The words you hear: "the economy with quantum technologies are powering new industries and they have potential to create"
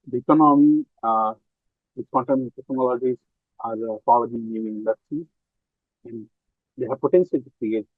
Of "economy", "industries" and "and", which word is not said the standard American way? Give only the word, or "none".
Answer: industries